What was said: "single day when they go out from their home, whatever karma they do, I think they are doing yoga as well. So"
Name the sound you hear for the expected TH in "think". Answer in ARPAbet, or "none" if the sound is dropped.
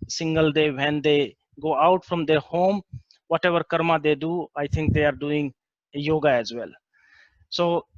T